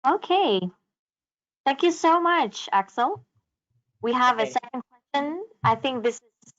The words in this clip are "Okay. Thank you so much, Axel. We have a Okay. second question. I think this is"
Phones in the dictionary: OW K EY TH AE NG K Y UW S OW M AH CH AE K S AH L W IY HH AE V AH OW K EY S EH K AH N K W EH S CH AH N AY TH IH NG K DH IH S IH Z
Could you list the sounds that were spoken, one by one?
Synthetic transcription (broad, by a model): OW K EY TH AE NG K Y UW S OW M AH CH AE K S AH L W IY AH V AH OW S EH K N K W EH S CH AH N AY TH IH NG K DH IH S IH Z